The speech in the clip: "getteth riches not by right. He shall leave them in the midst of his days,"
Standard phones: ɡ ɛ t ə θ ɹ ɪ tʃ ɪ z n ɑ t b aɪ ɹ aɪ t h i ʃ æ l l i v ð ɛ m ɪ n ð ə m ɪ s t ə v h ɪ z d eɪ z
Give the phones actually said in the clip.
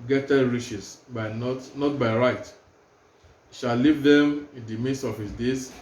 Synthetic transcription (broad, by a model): ɡ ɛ t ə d ɹ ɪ s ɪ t n ɑ t b aɪ ɹ aɪ t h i ʃ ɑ l l i v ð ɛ m ɪ n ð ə m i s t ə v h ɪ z d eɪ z